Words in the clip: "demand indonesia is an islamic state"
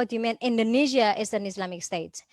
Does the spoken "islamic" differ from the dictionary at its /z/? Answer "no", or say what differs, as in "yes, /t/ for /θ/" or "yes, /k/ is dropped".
yes, /s/ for /z/